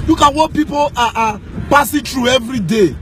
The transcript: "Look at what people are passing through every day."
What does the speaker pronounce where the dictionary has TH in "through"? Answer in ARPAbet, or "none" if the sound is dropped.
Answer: T